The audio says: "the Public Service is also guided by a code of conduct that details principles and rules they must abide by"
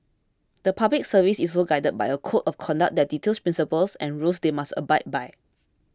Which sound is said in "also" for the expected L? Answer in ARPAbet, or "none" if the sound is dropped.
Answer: none